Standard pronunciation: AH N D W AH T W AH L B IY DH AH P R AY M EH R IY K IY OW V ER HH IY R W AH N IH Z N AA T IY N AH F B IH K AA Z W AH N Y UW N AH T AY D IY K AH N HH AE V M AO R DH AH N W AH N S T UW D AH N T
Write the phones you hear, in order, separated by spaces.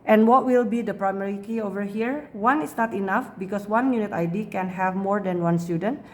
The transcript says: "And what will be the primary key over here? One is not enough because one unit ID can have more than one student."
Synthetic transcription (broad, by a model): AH N W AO T W AH L B IY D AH P R AY M EH R IY K IY OW V ER HH IY R W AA N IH S N AA T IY N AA F B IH K AA S W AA N Y UW N AH T AY D IY K AH N HH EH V M AO R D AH N W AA N S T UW D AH N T